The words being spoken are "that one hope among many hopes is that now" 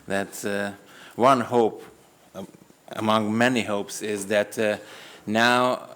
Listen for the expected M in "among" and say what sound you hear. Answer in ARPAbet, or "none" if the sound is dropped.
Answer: M